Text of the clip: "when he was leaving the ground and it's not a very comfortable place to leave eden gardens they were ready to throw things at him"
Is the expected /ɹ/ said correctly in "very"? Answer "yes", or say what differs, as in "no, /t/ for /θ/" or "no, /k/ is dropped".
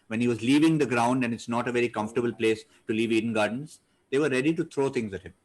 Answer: yes